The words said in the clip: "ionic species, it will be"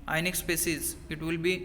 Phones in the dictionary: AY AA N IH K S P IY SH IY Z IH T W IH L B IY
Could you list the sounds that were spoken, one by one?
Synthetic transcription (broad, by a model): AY N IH K S P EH S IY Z IH T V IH L B IY